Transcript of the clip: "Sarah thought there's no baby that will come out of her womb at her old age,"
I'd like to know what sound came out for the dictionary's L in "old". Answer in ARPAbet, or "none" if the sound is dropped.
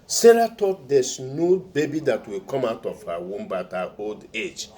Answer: L